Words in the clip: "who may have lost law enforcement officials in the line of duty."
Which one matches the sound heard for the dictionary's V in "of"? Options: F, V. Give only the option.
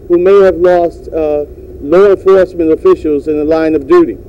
V